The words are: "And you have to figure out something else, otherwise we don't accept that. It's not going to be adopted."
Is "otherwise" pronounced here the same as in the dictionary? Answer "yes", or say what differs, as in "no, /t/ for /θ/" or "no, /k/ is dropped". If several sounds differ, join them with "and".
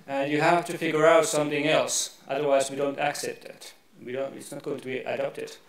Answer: yes